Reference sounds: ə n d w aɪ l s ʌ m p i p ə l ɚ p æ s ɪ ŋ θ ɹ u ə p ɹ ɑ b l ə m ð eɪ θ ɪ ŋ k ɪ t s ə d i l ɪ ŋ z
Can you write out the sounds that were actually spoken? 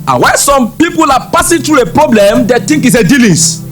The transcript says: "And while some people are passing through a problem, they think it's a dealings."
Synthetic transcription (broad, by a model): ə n w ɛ n s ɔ m p i p ə l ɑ p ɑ s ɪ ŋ t ɹ u ə p ɹ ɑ b l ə m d eɪ t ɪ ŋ k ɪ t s ə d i l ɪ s